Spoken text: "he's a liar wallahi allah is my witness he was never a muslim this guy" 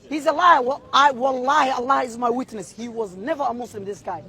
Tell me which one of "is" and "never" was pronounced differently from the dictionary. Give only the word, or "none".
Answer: none